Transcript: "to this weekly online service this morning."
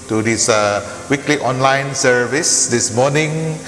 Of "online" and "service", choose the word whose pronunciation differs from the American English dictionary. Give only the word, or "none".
none